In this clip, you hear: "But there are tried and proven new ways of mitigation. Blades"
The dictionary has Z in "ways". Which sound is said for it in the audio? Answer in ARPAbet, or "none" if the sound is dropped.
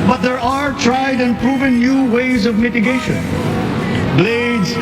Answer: Z